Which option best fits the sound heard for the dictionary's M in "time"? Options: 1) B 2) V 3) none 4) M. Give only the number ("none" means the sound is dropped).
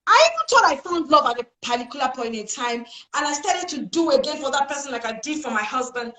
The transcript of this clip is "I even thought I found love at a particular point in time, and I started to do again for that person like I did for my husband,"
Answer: 4